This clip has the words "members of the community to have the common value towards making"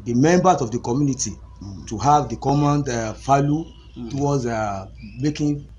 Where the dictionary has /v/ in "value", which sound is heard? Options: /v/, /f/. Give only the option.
/f/